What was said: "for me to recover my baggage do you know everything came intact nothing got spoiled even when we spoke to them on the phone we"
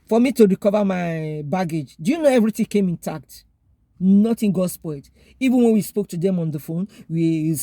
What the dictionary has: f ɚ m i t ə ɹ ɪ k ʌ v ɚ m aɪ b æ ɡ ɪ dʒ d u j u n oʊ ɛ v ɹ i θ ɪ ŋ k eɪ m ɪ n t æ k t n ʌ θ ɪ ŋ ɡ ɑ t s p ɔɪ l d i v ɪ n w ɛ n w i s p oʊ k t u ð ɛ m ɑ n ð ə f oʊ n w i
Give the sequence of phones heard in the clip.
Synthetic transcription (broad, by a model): f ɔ m i t ə ɹ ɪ k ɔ v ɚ m aɪ b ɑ ɡ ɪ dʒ d u j u n oʊ ɛ v ɹ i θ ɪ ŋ k eɪ m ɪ n t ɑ k t n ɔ t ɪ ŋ ɡ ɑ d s p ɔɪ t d i v ɪ n w ɛ n w i s p oʊ k t u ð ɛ m ɑ n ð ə f oʊ n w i